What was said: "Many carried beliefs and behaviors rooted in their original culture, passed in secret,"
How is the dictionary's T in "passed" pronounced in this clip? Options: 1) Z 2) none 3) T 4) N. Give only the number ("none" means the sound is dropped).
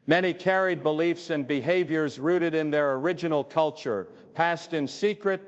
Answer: 3